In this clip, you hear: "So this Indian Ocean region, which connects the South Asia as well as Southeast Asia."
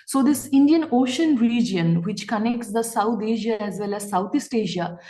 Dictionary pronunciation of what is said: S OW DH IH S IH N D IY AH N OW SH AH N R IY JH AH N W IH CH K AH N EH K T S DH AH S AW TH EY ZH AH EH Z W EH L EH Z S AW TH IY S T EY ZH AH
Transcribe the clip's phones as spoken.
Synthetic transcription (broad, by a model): S OW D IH S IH N D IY AH N OW SH AH N R IY JH AH N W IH CH K AH N EH K T S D AH S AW T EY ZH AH EH Z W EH L EH Z S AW T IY S T EY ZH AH